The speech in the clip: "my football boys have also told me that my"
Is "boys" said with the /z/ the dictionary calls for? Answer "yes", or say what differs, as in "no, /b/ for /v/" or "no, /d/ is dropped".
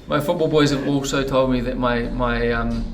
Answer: yes